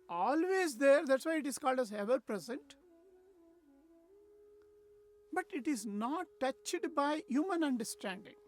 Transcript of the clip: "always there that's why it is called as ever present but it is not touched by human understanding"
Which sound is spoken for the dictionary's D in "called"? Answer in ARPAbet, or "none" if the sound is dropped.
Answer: D